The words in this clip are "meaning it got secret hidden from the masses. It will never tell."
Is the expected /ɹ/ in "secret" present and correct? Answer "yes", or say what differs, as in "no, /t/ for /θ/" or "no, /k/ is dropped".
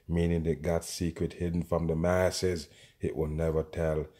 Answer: yes